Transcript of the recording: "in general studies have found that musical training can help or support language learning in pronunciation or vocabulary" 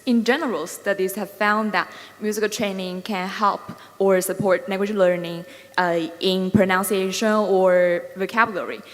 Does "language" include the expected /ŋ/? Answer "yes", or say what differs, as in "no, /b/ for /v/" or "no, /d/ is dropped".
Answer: no, /ŋ/ is dropped